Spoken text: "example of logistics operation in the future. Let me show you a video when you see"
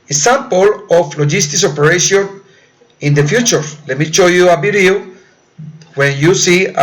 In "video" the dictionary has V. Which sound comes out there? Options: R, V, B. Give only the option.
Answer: B